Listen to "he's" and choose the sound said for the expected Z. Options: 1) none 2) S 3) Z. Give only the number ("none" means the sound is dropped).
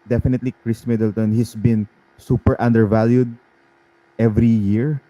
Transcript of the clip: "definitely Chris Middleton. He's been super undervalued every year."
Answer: 2